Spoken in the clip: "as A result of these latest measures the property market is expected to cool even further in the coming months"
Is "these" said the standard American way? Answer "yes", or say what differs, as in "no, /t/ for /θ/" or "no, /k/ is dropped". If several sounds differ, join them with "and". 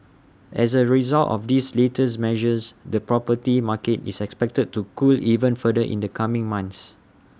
no, /s/ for /z/